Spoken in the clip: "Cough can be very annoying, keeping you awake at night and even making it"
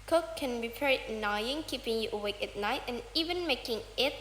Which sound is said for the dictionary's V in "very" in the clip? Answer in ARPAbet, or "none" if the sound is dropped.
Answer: P